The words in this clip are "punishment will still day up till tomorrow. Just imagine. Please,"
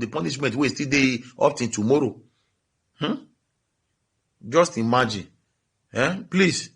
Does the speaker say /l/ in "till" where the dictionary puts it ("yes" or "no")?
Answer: no